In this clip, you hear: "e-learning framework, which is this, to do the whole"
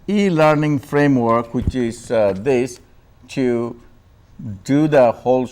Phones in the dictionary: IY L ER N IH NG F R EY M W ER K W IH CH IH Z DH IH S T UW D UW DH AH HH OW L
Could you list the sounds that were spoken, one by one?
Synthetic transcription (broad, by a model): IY L ER N IH NG F R EY M W ER K W IH CH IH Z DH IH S T UW D UW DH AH HH OW L